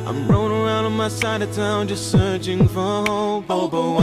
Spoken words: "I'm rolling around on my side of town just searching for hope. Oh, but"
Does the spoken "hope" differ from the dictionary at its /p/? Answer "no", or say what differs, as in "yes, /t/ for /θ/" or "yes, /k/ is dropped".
yes, /p/ is dropped